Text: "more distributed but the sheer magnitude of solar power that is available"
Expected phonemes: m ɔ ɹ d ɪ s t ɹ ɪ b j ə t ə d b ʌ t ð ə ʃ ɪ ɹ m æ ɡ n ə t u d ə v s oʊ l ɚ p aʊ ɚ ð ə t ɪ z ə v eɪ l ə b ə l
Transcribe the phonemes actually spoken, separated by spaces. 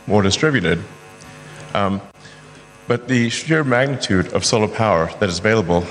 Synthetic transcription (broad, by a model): m ɔ ɹ d ɪ s t ɹ ɪ b j ə t ə d b ʌ t ð ə ʃ ɪ ɹ m æ ɡ n ə t u d ə v s oʊ l ɚ p aʊ ɚ ð ə t ɪ z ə v eɪ l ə b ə l